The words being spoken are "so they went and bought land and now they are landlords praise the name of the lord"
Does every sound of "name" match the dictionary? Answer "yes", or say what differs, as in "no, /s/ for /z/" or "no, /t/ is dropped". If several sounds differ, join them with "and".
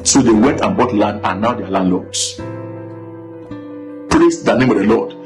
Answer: yes